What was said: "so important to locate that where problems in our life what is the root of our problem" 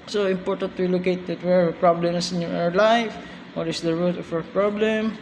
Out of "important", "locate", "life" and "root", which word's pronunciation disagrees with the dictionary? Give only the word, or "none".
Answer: none